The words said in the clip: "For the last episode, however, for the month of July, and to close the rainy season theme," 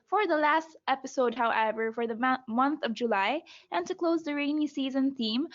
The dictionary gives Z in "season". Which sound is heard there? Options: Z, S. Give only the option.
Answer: Z